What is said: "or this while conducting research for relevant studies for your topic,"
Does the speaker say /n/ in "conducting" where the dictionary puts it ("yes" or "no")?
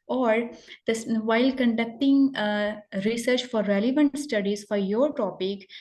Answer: yes